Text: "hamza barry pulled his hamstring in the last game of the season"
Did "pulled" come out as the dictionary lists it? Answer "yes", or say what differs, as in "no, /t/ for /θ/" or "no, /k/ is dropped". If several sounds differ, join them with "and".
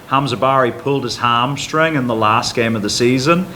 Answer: yes